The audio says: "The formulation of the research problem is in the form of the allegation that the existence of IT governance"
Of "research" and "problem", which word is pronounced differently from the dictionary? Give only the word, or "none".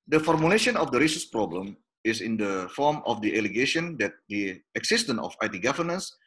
research